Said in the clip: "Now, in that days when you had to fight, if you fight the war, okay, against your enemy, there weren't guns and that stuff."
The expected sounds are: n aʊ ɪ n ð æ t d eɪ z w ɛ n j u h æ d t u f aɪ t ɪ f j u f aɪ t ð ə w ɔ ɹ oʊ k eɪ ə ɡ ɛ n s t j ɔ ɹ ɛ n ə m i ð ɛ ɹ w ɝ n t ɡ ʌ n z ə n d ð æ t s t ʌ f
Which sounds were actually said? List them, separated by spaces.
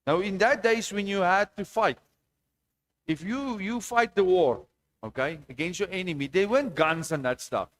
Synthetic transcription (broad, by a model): n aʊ ɪ n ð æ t d eɪ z w ɛ n j u h æ d t u f aɪ t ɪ f j u f aɪ t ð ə w ɔ ɹ oʊ k eɪ ə ɡ ɛ n s t j ɔ ɹ ɛ n ə m i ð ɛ w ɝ n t ɡ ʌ n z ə n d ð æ t s t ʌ f